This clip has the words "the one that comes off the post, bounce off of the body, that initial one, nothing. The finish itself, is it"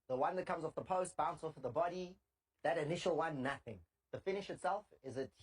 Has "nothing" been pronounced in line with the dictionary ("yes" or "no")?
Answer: yes